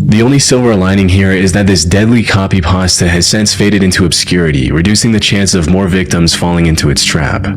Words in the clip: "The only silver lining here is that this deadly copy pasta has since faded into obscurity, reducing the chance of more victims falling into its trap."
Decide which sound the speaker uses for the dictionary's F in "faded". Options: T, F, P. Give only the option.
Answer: F